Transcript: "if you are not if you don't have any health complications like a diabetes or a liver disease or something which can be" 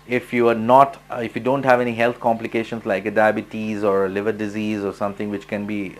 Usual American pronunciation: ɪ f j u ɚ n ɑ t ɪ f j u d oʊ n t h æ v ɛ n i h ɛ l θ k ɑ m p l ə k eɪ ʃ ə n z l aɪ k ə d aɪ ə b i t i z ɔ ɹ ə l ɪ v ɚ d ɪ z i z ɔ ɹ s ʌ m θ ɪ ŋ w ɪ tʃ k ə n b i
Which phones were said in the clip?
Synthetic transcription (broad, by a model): ɪ f j u ɚ n ɑ t ɪ f j u d oʊ n t h æ v ɛ n i h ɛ l t k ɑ m p l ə k eɪ ʃ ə n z l aɪ k ə d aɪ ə b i t i z ɔ ɹ ə l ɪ v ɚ d ɪ z i z ɔ ɹ s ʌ m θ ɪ ŋ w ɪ tʃ k ə n b i